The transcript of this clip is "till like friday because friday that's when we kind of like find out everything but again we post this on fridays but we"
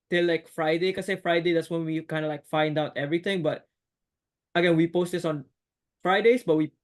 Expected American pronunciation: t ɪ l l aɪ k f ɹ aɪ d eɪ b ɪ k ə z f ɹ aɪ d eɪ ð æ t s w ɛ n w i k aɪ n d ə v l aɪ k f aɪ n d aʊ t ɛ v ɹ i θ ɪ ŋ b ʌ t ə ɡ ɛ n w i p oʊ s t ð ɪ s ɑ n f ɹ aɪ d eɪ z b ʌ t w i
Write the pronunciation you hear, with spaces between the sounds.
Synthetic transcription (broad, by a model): t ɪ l l aɪ k f ɹ aɪ d eɪ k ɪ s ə f ɹ aɪ d eɪ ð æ t s w ɛ n w i k aɪ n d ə l aɪ k f aɪ n d aʊ t ɛ v ɹ i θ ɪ ŋ b ʌ t ə ɡ ɛ n w i p oʊ s t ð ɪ s ɑ n f ɹ aɪ d eɪ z b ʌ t w i